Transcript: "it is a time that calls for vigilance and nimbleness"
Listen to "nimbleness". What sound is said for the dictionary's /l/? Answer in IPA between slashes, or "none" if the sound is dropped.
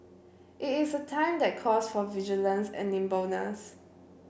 none